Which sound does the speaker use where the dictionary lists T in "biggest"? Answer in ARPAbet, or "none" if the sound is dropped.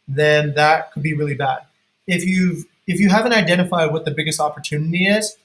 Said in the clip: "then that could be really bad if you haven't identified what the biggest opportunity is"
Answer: T